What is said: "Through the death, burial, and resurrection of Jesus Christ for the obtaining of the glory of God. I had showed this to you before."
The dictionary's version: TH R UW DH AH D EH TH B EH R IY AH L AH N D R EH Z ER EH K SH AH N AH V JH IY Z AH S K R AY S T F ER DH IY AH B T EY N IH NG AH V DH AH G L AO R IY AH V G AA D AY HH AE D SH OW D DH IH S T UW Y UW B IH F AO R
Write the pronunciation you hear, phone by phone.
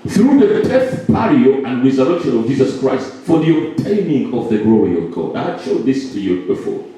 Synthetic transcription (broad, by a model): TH R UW DH AH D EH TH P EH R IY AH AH N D R EH Z ER EH K SH AH N AH V JH IY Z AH S K R AY S T F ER DH IY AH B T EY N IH NG AH V DH AH G L AO R IY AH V G AA D AY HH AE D SH OW D DH IH S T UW Y UW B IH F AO